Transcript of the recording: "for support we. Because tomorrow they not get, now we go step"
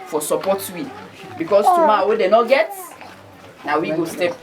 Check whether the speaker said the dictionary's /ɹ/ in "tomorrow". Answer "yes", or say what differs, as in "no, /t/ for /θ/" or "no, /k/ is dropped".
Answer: no, /w/ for /ɹ/